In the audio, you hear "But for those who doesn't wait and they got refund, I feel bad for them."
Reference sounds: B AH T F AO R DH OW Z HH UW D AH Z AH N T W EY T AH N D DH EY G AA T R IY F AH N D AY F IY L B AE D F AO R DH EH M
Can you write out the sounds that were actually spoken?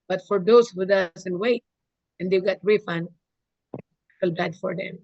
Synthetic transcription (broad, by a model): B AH T F AO R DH OW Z HH UW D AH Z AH N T W EY T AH N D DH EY G AA T R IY F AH N AH L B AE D F AO R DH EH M